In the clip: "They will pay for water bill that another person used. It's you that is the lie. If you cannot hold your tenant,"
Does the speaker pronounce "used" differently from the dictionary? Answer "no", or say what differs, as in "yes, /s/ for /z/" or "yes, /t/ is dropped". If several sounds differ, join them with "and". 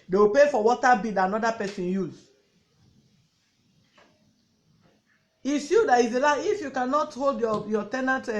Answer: yes, /d/ is dropped